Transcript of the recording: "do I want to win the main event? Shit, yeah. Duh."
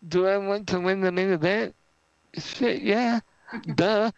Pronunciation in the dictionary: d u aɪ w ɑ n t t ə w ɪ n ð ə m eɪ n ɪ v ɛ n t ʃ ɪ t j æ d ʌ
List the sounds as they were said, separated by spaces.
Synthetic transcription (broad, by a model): d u aɪ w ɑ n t t ə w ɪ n ð ə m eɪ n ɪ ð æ t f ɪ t j æ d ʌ